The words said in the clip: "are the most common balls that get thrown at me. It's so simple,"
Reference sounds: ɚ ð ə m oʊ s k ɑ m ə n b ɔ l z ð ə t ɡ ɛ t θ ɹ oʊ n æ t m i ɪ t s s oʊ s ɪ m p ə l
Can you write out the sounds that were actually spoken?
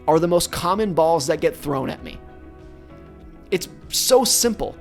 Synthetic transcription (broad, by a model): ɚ ð ə m oʊ s k ɑ m ə n b ɔ l z ð ə t ɡ ɛ t θ ɹ oʊ n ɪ t m i ɪ t s s oʊ s ɪ m p l